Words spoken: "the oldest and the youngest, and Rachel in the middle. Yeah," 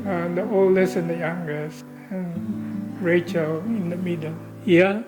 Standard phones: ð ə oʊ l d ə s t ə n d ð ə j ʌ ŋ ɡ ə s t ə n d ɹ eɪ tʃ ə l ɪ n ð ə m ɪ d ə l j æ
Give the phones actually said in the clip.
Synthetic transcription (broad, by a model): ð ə oʊ l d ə s ə n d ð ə j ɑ ŋ ɡ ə s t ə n ɹ eɪ tʃ ə l ɪ n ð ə m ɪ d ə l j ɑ